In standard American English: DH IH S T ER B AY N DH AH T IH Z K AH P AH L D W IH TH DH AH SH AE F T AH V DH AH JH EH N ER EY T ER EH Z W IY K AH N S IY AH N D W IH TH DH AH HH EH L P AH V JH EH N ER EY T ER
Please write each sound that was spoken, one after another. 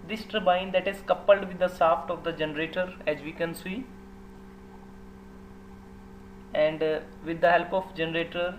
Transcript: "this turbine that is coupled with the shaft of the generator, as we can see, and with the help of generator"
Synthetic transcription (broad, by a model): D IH S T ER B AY N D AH T IH Z K AH P AH L D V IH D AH S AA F T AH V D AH JH EH N ER EY T ER EH Z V IY K AH N S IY AH N D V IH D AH HH EH L P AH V JH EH N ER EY T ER